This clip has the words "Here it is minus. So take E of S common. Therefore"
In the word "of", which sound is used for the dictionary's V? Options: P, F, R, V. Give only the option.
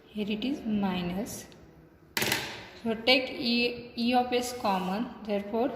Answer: P